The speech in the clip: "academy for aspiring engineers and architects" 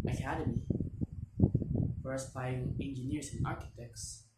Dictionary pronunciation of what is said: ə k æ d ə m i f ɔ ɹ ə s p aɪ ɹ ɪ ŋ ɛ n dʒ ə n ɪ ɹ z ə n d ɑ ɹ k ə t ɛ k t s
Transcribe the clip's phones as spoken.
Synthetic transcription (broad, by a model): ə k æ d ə m i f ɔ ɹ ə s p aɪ ɪ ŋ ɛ n dʒ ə n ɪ ɹ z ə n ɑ ɹ k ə t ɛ k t s